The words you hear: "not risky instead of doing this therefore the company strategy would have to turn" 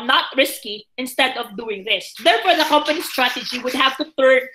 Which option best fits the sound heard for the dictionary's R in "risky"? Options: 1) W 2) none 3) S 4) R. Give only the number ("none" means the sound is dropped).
4